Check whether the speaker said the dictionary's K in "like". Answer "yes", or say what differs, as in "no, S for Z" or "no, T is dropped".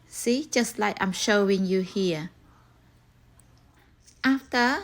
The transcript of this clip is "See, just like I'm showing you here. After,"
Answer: no, K is dropped